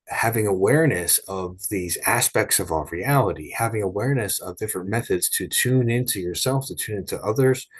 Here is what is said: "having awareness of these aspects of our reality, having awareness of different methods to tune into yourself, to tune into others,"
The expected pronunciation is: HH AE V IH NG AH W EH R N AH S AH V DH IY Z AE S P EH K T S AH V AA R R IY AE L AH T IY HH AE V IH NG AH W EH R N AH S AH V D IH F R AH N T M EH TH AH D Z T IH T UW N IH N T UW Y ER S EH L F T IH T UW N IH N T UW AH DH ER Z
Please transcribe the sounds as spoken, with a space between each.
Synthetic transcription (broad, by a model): HH AE V IH NG AH W EH R N AH S AH V DH IY Z AE S P EH K T S AH V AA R R IY AE L AH T IY HH AE V IH NG AH W EH R N AH S AH V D IH F R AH N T M EH TH AH D Z T IH T UW N IH N T UW Y ER S EH L F T IH T UW N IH N T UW AH DH ER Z